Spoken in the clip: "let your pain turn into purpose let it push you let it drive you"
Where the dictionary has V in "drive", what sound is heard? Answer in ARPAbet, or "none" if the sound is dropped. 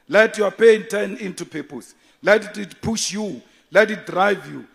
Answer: V